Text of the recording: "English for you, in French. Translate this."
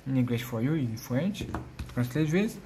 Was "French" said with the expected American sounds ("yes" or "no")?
no